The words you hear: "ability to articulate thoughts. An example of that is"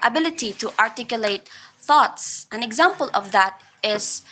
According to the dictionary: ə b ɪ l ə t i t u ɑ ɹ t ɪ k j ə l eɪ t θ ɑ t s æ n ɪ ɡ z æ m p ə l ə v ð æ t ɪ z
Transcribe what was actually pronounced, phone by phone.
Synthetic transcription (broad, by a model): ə b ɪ l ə t i t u ɑ ɹ t ɪ k j ə l eɪ t θ ɑ t s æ n ɪ ɡ z æ m p ə l ə v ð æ t ɪ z